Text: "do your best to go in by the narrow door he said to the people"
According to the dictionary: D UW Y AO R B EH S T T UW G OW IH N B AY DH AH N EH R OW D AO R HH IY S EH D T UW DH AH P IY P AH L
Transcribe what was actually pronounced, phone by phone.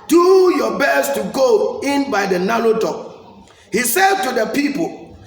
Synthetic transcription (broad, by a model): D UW Y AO B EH S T T UW G OW IH N B AY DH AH N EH L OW D AO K HH IY S EH D T UW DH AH P IY P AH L